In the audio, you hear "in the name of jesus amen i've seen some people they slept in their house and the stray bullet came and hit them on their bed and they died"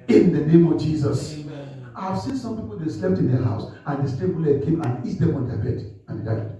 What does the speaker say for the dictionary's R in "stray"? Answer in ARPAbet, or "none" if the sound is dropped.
none